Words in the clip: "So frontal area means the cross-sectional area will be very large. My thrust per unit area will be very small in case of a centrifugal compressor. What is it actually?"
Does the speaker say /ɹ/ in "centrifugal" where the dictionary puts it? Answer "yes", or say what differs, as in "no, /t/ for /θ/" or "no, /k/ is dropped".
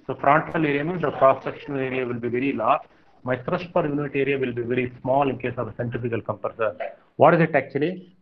no, /ɹ/ is dropped